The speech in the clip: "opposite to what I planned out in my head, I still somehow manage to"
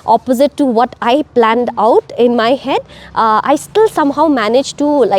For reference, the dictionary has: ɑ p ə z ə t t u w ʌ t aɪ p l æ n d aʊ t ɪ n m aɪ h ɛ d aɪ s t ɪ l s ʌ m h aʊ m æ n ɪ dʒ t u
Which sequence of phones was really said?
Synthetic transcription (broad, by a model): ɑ p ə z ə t t u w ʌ t aɪ p l æ n d aʊ t ɪ n m aɪ h ɛ d aɪ s t ɪ l s ʌ m h aʊ m æ n ɪ dʒ t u